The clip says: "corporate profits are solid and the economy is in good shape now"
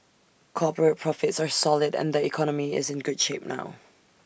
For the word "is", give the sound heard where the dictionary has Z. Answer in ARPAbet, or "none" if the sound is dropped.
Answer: Z